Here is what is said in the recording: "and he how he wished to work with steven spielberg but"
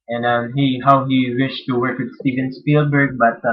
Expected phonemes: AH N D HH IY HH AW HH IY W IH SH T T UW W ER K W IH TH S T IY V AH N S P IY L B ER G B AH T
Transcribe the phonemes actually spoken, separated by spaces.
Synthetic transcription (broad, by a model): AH N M HH IY HH AW HH IY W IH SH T T UW W ER K W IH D S T IY V AH N S P IY L B ER G B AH T